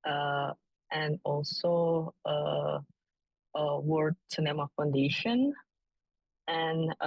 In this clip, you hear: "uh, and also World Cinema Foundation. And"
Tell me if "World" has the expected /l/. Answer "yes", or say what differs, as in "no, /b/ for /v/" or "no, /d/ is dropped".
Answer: no, /l/ is dropped